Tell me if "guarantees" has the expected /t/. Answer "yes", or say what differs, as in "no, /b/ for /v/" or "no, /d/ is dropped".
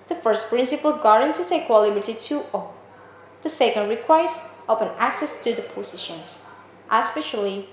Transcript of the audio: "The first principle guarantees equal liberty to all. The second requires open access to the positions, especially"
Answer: no, /s/ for /t/